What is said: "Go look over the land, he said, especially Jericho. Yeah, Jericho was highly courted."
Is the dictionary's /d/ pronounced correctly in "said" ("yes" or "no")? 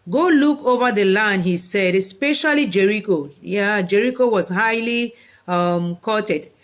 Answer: yes